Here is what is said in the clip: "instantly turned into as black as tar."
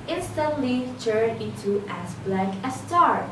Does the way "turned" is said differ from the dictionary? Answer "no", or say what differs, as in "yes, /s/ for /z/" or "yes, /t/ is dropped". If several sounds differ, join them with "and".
yes, /d/ is dropped